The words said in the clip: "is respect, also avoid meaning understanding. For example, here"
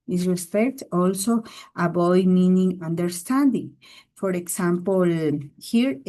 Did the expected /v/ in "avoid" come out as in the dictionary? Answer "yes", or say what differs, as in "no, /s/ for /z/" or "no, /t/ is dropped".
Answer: no, /b/ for /v/